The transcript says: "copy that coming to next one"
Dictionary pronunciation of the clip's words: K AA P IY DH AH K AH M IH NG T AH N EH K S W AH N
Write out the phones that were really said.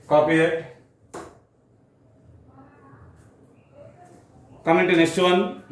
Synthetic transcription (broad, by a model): K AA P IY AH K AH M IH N T AH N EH S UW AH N